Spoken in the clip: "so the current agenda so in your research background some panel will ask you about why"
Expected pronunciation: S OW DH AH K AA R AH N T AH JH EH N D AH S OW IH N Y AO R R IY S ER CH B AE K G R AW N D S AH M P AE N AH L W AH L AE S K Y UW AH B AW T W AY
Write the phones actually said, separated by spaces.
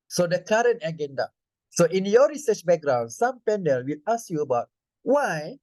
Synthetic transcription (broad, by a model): S OW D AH K AA R AH N T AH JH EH N D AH S OW IH N Y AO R R IY S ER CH B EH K G R AW N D S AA M P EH N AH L W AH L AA S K Y UW AH B AW T W AY